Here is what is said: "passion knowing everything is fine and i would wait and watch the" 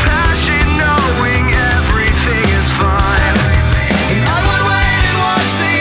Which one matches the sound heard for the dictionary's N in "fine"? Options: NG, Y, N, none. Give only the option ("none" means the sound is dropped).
none